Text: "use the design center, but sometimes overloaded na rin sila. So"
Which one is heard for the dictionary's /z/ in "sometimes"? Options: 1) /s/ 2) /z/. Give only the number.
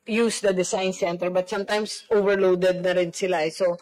1